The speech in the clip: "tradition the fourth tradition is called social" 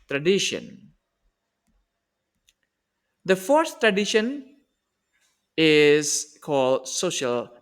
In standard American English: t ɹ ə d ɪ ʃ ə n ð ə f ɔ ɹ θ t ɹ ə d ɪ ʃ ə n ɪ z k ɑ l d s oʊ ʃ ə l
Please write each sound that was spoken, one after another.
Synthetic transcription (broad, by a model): t ɹ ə d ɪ ʃ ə n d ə f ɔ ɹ s t ɹ ə d ɪ ʃ ə n ɪ z k ɑ l d s oʊ ʃ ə l